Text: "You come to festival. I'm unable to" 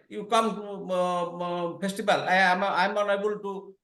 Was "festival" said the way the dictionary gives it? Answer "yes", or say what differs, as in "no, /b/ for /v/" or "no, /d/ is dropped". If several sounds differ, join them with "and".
no, /p/ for /f/ and /b/ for /v/